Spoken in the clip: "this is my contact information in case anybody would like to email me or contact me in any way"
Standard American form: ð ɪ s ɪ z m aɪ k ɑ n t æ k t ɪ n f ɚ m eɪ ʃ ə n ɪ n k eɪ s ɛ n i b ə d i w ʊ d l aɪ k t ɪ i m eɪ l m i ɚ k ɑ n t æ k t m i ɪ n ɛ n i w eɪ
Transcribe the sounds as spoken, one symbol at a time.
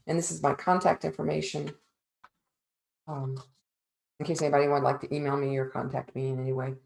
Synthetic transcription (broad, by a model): ð ɪ s ɪ z m aɪ k ɑ n t æ k t ɪ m f ɚ m eɪ ʃ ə n ɪ n k eɪ s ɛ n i b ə d i w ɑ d l aɪ k t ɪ i m eɪ l m i ɚ k ɑ n t æ k t m i ɪ n ɛ n i w eɪ